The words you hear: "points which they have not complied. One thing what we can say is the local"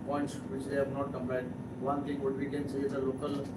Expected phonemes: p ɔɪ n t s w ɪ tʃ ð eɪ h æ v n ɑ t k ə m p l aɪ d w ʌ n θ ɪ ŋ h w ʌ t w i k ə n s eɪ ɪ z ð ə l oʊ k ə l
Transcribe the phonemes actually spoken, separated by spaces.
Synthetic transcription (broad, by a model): p ɔɪ n t s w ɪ tʃ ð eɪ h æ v n ɑ t k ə m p aɪ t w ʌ n t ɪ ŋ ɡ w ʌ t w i k ə n s eɪ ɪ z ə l oʊ k ə l